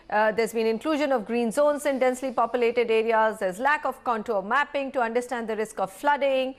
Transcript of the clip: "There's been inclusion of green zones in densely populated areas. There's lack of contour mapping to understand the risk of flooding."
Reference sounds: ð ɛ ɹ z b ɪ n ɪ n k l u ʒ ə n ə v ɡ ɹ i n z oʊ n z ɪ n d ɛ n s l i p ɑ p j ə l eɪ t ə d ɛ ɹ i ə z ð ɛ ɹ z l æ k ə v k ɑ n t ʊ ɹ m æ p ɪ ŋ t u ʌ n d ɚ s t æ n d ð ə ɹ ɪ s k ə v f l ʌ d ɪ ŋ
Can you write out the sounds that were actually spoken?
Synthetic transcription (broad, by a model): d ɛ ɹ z b ɪ n ɪ n k l u ʒ ə n ə v ɡ ɹ i n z oʊ n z ɪ n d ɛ n s l i p ɑ p j ə l eɪ t ə d ɛ ɹ i ə z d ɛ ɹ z l æ k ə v k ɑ n t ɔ m æ p ɪ ŋ t u ʌ n d ɚ s t æ n d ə ɹ ɪ s k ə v f l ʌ d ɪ ŋ